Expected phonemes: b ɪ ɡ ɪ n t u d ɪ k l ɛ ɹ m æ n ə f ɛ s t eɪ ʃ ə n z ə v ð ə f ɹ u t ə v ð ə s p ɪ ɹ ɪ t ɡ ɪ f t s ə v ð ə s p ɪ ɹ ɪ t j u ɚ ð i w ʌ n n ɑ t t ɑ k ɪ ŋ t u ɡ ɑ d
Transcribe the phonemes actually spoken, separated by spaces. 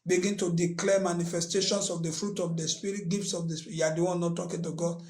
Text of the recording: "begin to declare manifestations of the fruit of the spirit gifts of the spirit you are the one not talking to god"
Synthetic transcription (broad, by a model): b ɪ ɡ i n t u d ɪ k l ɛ m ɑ n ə f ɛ s t eɪ ʃ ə n s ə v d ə f ɹ u t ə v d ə s p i ɹ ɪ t ɡ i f t s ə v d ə s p j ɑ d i w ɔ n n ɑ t t ɑ k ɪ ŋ t u ɡ ɑ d